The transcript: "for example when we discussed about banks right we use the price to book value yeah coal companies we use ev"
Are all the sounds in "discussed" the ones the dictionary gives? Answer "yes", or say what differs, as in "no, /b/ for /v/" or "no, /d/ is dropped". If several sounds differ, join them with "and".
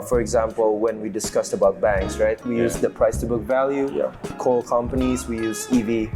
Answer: yes